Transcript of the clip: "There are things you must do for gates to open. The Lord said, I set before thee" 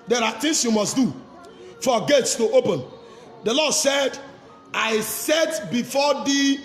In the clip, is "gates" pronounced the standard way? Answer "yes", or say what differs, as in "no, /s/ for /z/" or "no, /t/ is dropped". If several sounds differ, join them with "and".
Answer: yes